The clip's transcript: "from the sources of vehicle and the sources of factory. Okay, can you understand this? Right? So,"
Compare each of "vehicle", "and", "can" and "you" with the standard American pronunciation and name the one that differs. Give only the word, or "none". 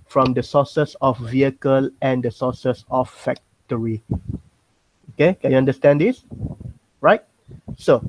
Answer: none